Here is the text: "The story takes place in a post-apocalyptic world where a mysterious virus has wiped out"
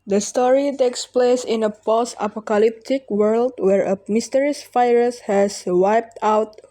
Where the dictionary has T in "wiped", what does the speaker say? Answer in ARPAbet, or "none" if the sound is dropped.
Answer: T